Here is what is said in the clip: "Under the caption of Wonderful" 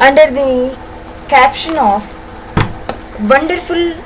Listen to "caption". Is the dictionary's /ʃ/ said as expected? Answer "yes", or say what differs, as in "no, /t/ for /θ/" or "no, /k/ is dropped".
yes